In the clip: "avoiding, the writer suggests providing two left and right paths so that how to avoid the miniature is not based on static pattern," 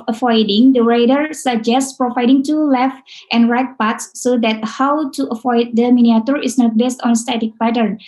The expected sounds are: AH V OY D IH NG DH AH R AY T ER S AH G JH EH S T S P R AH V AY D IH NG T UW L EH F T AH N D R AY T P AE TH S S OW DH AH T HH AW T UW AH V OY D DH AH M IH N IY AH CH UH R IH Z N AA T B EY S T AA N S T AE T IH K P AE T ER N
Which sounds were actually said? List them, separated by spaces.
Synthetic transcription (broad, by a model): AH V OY D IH NG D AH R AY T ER S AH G JH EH S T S P R AH V AY D IH NG T UW L EH F T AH N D R AY T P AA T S S OW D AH T HH AW T UW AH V OY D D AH M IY N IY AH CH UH R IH S N AA T B EY S T AA N S T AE T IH K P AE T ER N